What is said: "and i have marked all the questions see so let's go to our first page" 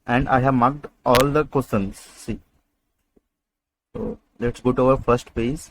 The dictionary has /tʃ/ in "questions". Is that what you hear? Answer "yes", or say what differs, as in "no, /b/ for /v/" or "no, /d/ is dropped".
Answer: no, /tʃ/ is dropped